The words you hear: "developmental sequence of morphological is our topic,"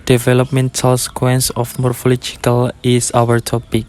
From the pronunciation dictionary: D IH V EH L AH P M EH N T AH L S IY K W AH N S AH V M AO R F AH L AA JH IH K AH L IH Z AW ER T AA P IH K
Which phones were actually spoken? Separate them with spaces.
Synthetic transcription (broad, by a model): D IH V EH L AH P M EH N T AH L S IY K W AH N S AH F M AO R F AH L AA JH IH K AH L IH S AW ER T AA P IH K